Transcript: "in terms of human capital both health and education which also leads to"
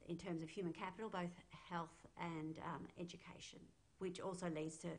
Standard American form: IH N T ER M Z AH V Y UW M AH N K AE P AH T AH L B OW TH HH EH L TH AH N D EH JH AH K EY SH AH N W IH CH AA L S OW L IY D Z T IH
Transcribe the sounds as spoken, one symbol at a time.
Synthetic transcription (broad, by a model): IH N T ER M Z AH V Y UW M AH N K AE P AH T L B OW TH HH EH L TH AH N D EH JH AH K EY SH AH N W IH CH AA L S OW L IY D Z T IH